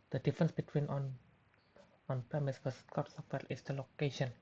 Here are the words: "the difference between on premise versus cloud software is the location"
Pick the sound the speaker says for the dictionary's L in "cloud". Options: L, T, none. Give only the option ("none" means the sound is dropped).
none